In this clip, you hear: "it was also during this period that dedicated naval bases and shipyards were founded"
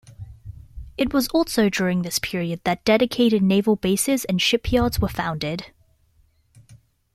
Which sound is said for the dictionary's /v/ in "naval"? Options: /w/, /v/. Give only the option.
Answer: /v/